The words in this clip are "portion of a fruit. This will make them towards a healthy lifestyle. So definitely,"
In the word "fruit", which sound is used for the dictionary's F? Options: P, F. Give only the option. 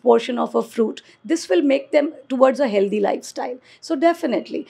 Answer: F